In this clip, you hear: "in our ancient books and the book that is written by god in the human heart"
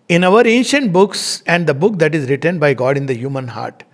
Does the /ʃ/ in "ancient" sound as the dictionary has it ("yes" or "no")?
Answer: yes